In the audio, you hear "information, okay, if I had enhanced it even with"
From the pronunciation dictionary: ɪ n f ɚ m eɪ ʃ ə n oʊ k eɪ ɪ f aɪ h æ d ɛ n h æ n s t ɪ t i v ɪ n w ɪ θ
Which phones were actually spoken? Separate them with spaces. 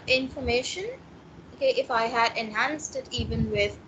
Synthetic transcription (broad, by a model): ɪ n f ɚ m eɪ ʃ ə n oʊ k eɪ ɪ f aɪ h æ d ɛ n h æ n s t ɪ t i v ɪ n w ɪ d